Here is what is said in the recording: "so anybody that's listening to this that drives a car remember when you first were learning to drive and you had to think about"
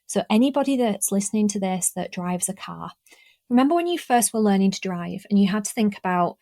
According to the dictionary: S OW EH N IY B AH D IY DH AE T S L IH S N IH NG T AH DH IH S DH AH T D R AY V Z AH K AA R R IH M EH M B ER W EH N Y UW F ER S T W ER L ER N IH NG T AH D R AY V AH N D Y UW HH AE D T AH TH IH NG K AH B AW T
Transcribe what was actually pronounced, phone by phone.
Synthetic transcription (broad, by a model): S OW EH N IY B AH D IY DH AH T S L IH S N IH NG T AH DH IH S DH AH T D R AY V Z AH K AA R R IH M EH M B ER W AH N Y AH F ER S T W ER L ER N IH NG T AH D R AY V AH N Y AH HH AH D T AH TH IH NG K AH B AW T